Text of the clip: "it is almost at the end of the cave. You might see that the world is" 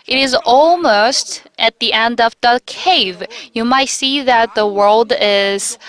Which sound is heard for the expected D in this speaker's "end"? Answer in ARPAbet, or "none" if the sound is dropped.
D